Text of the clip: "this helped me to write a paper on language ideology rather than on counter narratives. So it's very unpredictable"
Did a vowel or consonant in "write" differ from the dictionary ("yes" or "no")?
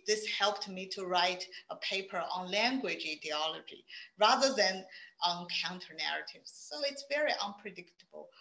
no